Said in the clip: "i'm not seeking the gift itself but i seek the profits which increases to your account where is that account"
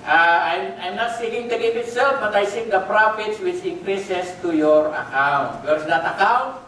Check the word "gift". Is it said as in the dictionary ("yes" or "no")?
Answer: no